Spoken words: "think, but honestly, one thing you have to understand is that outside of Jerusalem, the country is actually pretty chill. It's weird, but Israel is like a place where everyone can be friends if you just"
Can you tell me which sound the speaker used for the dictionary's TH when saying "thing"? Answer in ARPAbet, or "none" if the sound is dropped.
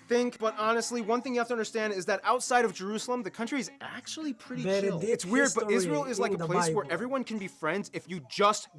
TH